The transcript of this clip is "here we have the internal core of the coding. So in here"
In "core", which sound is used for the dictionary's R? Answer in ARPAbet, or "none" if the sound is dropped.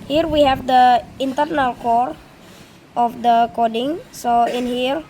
R